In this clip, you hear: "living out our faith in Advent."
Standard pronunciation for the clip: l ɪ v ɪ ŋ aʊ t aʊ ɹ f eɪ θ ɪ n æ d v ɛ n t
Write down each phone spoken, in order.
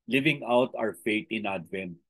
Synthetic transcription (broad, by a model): l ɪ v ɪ ŋ aʊ t aʊ ɹ f eɪ t ɪ n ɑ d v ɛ n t